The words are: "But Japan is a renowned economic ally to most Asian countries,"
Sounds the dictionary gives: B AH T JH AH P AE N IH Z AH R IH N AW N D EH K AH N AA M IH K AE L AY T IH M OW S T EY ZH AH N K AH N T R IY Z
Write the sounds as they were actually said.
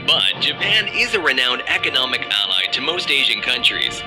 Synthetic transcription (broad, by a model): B AH T JH AH P AE N IH Z AH R IH N AW N D EH K AH N AA M IH K AE L AY T IH M OW S T EY ZH AH N K AH N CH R IY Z